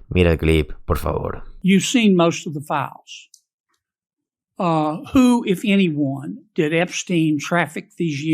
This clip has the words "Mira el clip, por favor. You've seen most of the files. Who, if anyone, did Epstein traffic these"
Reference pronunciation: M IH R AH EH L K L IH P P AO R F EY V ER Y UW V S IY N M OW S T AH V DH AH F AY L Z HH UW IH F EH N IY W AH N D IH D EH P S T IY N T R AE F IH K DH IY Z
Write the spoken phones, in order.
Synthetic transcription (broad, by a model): M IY R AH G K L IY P P AO R F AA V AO Y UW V S IY N M OW S T AH V DH AH F AY L Z HH UW IH F EH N IY W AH N D IH D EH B S T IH N T R AE F IH K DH IY Z